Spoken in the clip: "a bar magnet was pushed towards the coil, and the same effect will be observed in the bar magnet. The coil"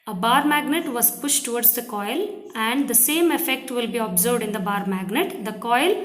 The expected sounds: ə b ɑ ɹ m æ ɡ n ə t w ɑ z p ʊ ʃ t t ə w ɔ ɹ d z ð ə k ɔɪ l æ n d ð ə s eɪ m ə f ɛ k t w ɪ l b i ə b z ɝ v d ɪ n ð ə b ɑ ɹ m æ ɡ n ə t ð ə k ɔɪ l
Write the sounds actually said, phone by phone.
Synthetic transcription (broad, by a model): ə b ɑ ɹ m æ ɡ n ə t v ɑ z p ʊ ʃ t t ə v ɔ ɹ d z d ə k ɔɪ l æ n d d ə s eɪ m ə f ɛ k t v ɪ l b i ə b z ɝ v d ɪ n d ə b ɑ ɹ m æ ɡ n ə t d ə k ɔɪ l